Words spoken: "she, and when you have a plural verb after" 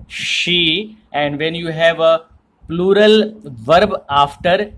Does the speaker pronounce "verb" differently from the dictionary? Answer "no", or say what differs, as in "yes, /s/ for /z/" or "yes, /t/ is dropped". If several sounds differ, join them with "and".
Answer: no